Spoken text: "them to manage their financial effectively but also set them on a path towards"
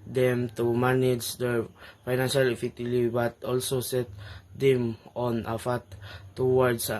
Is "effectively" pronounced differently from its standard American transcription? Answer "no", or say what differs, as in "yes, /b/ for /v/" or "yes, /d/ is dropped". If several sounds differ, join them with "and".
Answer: yes, /k/ is dropped and /v/ is dropped